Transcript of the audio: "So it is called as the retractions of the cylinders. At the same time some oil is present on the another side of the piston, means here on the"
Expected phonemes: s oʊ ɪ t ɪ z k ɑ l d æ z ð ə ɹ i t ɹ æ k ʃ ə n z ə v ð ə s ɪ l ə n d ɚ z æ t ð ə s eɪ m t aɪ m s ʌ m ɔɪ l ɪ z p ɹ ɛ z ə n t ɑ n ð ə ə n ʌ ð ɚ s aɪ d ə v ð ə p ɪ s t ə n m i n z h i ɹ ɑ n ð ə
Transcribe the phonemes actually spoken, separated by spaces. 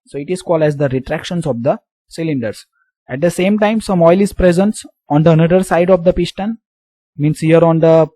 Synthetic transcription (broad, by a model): s oʊ ɪ t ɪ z k ɑ l d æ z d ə ɹ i t ɹ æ k ʃ ə n s ə v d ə s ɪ l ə n d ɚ s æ t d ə s eɪ m t aɪ m s ʌ m ɔɪ l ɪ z p ɹ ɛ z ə n t ɑ n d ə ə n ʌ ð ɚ s aɪ d ə v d ə p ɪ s t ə n m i n s h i ɹ ɑ n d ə